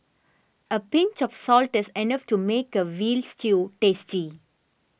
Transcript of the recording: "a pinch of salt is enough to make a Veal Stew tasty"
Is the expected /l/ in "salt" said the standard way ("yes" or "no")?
yes